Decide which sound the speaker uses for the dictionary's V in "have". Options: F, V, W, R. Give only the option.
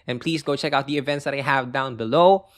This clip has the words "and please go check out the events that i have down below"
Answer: V